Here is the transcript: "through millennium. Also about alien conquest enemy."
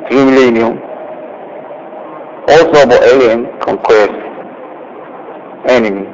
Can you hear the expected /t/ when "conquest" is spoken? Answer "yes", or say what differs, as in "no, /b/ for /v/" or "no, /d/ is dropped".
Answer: no, /t/ is dropped